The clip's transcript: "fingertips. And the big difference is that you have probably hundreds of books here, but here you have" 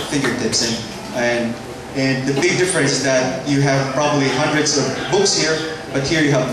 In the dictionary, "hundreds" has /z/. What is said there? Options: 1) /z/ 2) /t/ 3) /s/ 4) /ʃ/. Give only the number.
1